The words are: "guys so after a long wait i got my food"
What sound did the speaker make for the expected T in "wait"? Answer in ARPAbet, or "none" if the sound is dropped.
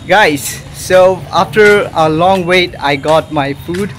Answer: T